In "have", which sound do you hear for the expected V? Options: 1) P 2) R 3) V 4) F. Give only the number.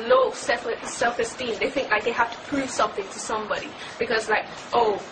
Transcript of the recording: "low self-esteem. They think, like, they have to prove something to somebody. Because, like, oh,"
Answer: 4